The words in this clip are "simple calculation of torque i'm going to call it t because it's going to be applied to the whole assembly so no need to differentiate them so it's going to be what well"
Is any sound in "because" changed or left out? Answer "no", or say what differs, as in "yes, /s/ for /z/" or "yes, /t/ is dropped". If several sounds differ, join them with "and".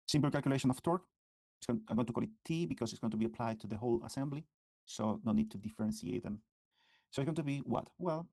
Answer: yes, /s/ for /z/